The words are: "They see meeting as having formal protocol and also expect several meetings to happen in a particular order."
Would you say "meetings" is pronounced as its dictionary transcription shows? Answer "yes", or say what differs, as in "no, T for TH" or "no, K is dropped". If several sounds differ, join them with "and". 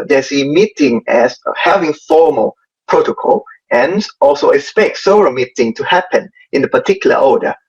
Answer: no, Z is dropped